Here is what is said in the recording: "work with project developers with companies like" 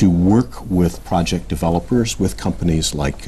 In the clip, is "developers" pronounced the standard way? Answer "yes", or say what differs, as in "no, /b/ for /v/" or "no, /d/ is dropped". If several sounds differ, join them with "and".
yes